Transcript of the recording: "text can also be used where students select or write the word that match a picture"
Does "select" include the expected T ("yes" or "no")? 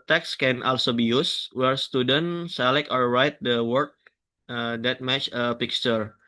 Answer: no